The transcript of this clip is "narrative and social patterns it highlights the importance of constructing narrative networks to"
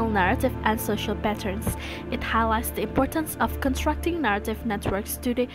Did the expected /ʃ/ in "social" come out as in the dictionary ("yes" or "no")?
yes